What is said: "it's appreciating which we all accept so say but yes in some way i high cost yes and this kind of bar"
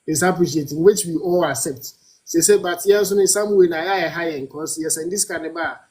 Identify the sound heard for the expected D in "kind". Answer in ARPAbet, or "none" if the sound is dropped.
none